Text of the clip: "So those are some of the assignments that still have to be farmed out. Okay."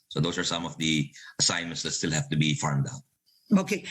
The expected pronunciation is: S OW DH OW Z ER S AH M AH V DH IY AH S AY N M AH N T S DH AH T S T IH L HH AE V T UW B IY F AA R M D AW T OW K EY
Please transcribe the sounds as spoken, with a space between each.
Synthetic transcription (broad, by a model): S OW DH OW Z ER S AH M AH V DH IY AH S AY N M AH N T S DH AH T S T IH L HH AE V T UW B IY F AA R M D AW T OW K EY